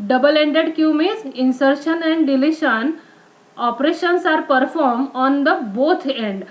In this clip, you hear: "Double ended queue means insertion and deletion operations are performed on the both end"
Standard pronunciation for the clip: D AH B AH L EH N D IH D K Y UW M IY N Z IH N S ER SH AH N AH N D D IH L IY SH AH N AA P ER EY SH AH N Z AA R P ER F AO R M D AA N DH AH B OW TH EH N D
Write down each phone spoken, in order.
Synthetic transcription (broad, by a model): D AH B AH L EH N D IH D K Y UW M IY Z IH N S ER SH AH N AH N D D IH L IY SH AH N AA P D EY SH AH N S AA R P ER F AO R M AA N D AH B OW T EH N D